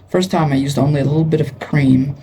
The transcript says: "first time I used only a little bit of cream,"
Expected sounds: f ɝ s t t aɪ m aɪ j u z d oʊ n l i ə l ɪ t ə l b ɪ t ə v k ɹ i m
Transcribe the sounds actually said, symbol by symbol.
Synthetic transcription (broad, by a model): f ɝ s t t aɪ m aɪ j u z d oʊ n l i ə l ɪ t l b ɪ t ə v k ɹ i m